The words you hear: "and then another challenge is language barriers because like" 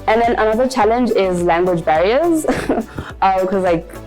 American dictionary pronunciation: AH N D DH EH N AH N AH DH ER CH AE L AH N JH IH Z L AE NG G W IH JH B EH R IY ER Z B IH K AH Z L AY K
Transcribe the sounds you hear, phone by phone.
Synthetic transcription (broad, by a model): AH N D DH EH N AH N AH DH ER CH AE L AH N JH IH Z L AE NG G W IH JH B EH R IY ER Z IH K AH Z L AY K